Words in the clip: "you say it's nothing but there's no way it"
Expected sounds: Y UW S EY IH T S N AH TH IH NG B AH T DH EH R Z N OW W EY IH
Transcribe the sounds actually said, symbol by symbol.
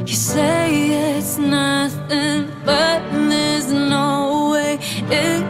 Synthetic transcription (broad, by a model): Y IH S EY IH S N AH TH IH NG B AH T DH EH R Z N OW W EY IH